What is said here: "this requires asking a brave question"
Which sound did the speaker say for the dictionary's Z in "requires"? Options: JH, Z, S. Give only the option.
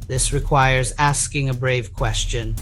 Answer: Z